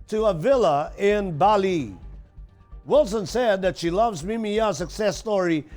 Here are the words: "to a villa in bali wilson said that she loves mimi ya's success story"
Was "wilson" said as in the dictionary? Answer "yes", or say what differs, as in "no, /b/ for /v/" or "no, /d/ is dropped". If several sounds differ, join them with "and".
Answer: yes